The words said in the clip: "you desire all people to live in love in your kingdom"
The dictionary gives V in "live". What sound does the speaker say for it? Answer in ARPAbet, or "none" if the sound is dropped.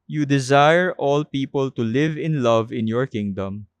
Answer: V